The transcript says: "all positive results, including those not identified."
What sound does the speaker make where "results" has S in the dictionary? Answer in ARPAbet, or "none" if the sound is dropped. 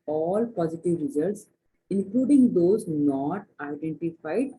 S